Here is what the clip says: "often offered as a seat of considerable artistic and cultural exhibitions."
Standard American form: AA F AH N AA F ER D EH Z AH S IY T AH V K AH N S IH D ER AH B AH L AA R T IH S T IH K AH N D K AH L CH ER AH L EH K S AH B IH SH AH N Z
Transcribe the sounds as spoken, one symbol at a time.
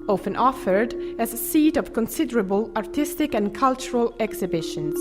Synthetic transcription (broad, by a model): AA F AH N AA F ER D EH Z AH S IY T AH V K AH N S IH D ER AH B AH L AA R T IH S T IH K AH N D K AH L CH ER AH L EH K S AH B IH SH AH N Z